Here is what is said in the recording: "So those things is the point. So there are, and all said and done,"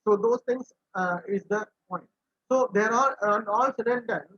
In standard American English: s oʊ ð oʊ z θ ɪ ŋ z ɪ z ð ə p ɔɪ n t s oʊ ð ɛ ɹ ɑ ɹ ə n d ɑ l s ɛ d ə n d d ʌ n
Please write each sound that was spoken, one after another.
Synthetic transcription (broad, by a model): s oʊ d oʊ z t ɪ ŋ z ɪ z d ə p ɔɪ n t s oʊ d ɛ ɹ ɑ l ə n d ɑ l s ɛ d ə n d d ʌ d